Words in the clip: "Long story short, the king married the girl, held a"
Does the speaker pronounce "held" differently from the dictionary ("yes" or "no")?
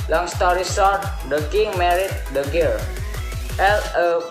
yes